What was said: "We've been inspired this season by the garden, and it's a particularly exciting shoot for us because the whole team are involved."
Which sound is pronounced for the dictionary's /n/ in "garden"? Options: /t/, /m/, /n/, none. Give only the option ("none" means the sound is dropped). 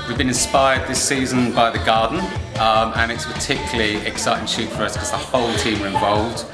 none